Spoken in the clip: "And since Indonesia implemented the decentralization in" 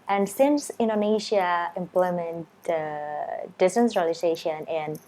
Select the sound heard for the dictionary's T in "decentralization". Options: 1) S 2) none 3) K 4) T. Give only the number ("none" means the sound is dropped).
1